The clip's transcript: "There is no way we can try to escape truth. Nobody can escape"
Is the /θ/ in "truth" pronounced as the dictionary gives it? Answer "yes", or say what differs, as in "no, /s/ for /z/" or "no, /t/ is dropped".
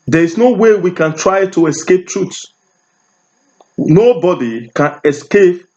no, /s/ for /θ/